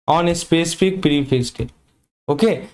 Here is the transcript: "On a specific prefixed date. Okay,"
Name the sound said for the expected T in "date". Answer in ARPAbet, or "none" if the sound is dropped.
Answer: none